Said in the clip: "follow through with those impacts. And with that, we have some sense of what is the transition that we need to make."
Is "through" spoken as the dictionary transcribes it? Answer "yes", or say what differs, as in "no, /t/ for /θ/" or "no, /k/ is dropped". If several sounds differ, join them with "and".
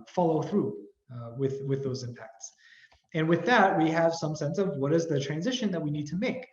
yes